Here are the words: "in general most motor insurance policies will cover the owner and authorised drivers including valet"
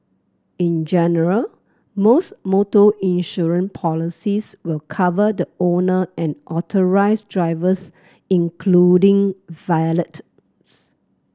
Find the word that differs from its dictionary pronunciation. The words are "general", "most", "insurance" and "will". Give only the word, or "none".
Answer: insurance